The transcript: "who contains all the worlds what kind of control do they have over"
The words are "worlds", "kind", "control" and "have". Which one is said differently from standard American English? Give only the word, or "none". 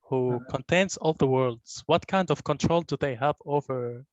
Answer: none